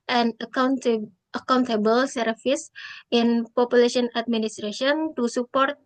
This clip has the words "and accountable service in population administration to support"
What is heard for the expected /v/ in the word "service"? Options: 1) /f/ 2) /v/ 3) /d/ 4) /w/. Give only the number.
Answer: 1